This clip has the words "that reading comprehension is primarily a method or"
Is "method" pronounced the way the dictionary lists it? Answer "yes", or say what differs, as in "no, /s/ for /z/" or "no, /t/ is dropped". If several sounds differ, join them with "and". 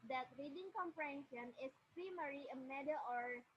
no, /d/ is dropped